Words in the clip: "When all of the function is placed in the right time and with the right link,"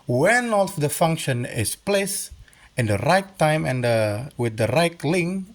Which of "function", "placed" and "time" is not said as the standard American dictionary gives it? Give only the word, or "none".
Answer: placed